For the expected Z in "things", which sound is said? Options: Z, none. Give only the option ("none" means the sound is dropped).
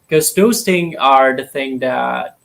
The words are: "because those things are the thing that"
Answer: none